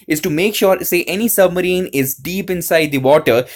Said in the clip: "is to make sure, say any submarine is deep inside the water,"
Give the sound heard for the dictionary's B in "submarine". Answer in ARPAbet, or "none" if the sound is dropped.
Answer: B